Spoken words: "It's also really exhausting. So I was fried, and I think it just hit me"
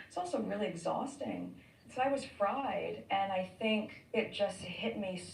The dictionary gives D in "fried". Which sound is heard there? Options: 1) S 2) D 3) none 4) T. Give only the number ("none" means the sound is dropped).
2